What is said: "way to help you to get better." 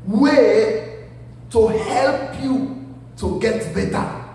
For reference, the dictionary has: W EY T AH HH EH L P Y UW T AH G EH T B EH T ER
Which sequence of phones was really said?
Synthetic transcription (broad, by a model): W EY T AH HH EH L P Y UW T AH G EH T B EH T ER